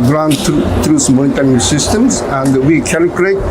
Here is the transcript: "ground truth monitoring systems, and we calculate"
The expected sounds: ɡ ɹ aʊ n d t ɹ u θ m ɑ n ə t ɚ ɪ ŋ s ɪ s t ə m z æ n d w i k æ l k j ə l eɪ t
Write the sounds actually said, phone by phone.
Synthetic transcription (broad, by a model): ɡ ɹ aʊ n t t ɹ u s m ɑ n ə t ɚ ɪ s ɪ s t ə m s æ n d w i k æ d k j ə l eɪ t